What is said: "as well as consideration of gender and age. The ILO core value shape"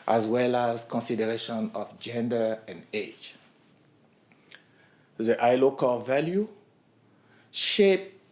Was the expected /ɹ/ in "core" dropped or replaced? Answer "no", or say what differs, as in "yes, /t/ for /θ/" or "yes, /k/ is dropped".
yes, /l/ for /ɹ/